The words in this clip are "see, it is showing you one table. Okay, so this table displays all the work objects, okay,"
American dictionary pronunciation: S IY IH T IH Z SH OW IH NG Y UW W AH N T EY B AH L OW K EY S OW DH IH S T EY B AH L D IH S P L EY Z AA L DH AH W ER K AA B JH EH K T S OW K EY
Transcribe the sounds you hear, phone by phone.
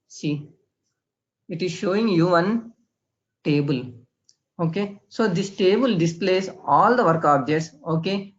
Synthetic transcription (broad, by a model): S IY IH T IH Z SH OW IH NG Y UW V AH N T EY B AH L OW K EY S OW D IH S T EY B AH L D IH S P L EY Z AA L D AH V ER K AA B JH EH T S OW K EY